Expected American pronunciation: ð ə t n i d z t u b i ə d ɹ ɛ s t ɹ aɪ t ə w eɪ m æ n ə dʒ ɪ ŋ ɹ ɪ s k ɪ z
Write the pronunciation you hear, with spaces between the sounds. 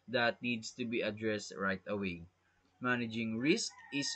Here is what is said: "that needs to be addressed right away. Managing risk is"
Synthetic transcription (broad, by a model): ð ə t n i d s t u b i ə d ɹ ɛ s t ɹ aɪ t ə w eɪ m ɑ n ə dʒ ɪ ŋ ɹ ɪ s k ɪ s